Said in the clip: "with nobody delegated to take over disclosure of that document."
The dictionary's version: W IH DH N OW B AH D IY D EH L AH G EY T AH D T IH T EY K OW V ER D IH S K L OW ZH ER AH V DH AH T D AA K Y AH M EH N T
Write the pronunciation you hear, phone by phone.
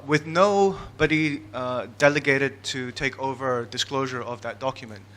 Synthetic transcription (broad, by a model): W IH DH N OW B AH D IY D EH L AH G EY T AH D T IH T EY K OW V ER D IH S K L OW ZH ER AH V DH AH T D AA K Y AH M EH N T